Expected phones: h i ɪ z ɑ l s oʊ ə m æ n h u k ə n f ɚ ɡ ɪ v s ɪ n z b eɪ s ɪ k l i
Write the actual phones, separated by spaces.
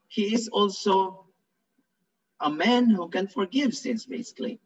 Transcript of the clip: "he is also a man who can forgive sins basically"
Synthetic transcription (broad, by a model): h i ɪ z ɑ l s oʊ ə m æ n h u k ə n f ɚ ɡ ɪ v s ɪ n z b eɪ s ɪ k l i